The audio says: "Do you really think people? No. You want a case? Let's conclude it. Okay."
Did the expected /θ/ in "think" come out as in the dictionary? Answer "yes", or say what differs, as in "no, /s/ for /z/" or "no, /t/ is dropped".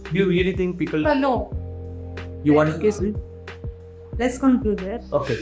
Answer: no, /t/ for /θ/